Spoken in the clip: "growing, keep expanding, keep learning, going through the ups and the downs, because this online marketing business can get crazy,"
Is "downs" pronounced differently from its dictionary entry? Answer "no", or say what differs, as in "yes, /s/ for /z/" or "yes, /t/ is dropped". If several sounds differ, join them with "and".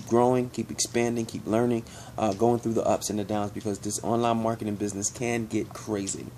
no